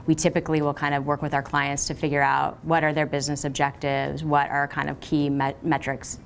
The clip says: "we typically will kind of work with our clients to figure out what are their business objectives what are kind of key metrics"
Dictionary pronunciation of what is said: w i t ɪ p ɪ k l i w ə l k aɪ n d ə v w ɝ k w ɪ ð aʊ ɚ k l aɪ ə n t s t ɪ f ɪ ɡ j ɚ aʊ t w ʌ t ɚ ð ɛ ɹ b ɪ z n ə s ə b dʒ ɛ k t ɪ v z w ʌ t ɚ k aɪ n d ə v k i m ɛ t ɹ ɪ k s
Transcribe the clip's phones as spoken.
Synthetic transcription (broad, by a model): w i t ɪ p ɪ k l i w ə l k aɪ n d ə v w ɝ k w ɪ ð aʊ ɚ k l aɪ ə n t s t ɪ f ɪ ɡ j ɚ aʊ t w ʌ t ɚ ð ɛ ɹ b ɪ z n ə s ə b dʒ ɛ k t ɪ v z w ʌ t ɚ k aɪ n d ə v k i m ɛ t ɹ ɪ k s